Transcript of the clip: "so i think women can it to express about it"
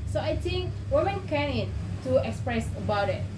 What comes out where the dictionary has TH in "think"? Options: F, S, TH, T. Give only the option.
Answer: T